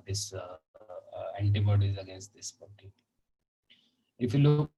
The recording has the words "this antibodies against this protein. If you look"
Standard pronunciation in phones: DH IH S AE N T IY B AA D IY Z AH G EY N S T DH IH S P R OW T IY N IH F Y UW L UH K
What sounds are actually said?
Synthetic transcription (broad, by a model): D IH S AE N T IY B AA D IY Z AH G EY N S T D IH S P OW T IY IH F Y UW L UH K